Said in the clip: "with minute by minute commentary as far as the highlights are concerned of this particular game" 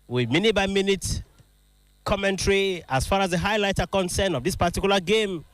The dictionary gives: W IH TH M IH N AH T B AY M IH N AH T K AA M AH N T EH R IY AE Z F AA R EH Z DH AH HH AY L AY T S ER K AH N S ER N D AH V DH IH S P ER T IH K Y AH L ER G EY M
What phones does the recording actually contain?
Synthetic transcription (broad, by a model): W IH M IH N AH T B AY M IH N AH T K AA M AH N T R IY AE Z F AA R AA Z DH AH HH AY L AY T ER K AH N S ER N AH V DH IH S P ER T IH K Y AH L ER G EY M